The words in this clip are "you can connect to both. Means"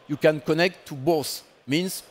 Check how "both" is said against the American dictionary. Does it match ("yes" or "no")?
no